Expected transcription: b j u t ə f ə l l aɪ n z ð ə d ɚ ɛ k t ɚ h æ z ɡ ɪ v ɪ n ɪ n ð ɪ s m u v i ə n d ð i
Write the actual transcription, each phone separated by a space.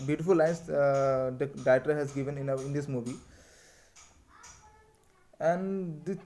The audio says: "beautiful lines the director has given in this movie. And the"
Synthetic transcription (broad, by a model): b j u t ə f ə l l aɪ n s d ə d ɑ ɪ t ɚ h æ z ɡ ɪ v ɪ n ɪ n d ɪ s m u v i ə n d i